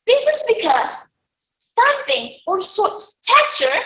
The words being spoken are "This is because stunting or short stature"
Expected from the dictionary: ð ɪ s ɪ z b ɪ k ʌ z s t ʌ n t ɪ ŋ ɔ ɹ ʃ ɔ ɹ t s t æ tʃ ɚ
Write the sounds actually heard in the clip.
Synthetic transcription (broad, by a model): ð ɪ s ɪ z b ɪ k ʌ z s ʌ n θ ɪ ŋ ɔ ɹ s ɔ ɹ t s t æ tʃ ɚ